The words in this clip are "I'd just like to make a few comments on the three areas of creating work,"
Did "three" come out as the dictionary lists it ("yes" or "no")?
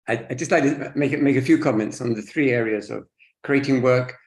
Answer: yes